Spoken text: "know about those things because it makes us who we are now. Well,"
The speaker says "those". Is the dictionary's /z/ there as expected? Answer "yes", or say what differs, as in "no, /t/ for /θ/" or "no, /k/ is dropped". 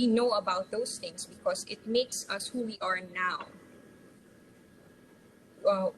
no, /s/ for /z/